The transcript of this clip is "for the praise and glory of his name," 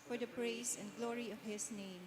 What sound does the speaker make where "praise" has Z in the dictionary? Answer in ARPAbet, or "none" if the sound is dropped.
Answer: S